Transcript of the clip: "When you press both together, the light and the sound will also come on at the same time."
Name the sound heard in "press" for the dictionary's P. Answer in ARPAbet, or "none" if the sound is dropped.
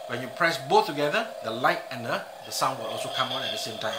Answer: P